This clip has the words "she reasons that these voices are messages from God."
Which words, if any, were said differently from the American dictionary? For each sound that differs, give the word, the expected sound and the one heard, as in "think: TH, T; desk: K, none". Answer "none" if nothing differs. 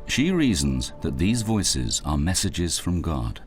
none